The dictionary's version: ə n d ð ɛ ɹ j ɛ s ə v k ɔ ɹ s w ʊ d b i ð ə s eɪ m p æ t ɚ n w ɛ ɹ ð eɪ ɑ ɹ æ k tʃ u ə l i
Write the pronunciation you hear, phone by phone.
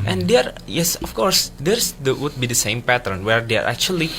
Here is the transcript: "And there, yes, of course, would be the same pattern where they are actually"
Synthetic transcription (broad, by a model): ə n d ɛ ɹ j ɛ s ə f k ɔ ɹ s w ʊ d b i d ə s eɪ m p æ t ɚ n w ɛ ɹ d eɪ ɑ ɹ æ k tʃ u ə l i